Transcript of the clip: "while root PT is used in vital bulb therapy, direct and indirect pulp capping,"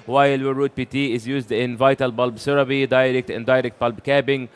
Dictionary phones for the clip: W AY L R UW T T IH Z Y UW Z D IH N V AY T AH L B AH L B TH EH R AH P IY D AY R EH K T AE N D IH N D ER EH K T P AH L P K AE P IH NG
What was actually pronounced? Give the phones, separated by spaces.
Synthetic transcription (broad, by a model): W AY L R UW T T IH Z Y UW Z D IH N V AY T AH L B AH L B S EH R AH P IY D AY R EH K T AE N D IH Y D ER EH K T B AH L B K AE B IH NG